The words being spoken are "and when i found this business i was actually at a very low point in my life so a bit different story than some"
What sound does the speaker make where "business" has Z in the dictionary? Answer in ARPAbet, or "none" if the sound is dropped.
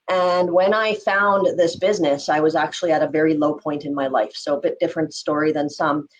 Z